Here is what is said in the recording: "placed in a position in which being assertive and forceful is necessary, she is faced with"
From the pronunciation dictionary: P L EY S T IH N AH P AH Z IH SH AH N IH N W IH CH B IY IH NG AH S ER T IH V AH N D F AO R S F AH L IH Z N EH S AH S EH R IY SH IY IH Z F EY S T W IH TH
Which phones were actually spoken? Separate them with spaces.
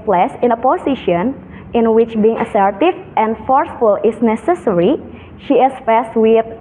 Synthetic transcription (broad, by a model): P L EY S IH N AH P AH S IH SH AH N IH N W IH CH B IY IH NG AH S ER T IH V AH N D F AO R S F AH L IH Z N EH S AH S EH R IY SH IY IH S F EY S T W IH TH